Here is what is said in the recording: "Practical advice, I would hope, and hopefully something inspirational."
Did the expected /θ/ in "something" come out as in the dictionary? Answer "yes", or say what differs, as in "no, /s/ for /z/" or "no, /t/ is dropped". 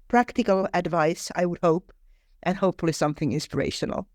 yes